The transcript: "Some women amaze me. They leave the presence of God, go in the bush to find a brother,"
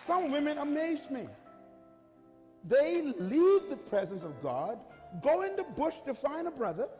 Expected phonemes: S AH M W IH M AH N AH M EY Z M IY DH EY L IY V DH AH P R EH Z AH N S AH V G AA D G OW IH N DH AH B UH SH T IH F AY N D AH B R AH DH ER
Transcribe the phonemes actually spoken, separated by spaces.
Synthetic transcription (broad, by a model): S AH M W IH M AH N AH M EY Z M IY DH EY L IY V DH AH P R EH Z AH N S AH V G AA D G OW IH N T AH B UH SH T IH F AY N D AH B R AH DH ER